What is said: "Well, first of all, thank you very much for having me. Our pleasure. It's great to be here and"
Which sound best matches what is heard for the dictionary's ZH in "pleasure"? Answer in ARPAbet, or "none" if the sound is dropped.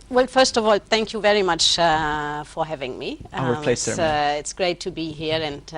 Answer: S